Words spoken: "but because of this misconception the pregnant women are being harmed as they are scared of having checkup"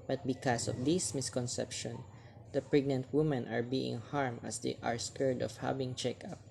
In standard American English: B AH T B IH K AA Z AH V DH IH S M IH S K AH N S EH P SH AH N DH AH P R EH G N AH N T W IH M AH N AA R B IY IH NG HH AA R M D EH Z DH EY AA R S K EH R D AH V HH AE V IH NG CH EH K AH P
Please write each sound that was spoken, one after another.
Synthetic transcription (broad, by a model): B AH T B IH K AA S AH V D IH S M IH S K AH N S EH P SH AH N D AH P R EH G N AH N T W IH M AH N AA R B IY IH NG HH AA R M AH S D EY AA R S K EH R D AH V HH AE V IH NG CH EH K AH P